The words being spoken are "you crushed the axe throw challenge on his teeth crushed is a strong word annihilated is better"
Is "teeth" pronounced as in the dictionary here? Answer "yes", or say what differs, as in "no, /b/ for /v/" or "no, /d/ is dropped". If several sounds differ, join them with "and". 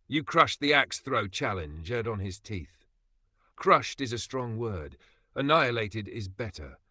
yes